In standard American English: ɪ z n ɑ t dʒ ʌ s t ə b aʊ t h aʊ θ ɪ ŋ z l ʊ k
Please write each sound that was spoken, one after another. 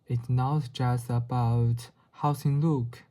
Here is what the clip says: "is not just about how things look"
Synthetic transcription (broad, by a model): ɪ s n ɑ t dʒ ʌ s t ə b aʊ t h aʊ s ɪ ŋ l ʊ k